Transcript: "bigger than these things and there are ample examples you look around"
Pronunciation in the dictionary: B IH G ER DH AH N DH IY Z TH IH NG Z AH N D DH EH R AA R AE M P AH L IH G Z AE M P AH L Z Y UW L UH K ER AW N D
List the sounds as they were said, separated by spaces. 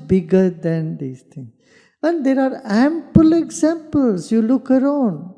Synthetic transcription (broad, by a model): B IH G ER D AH N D IY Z T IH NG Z AH N D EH R AA R AE M P AH L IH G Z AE M P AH L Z Y UW L UH K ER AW N D